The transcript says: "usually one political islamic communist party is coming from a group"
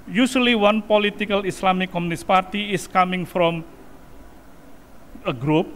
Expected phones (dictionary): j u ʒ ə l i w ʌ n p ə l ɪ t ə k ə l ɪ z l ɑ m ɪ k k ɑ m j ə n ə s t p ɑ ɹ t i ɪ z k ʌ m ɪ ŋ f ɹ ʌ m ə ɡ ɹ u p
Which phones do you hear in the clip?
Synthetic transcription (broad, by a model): j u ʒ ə l i w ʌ n p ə l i t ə k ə l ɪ s l ɑ m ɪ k k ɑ m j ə n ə s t p ɑ ɹ t i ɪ s k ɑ m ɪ ŋ f ɹ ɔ m ə ɡ ɹ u p